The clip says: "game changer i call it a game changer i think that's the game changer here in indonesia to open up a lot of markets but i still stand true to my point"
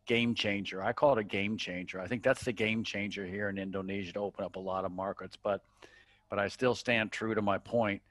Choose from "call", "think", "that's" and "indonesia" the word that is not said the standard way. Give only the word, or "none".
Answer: none